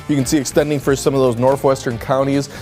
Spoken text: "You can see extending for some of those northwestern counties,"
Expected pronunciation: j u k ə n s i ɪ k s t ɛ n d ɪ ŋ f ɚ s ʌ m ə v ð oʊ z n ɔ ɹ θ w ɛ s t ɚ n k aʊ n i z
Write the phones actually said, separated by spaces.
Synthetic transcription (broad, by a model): j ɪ k ə n s i ɪ k s t ɛ n d ɪ ŋ f ɚ s ʌ m ə v ð oʊ z n ɔ ɹ θ w ɛ s t ɚ n k aʊ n i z